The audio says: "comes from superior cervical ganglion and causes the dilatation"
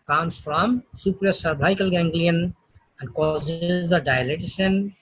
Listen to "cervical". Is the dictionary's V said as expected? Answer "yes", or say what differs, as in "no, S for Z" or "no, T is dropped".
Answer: no, B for V